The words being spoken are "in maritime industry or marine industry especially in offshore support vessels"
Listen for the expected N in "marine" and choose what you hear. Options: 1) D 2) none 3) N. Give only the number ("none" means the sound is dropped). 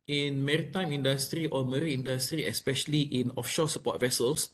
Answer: 2